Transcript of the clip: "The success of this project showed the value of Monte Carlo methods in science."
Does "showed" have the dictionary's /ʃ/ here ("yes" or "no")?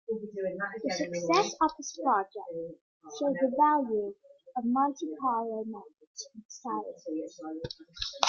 yes